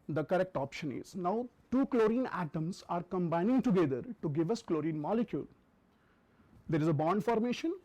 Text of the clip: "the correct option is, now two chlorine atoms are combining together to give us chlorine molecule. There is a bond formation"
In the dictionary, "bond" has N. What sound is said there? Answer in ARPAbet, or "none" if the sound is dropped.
N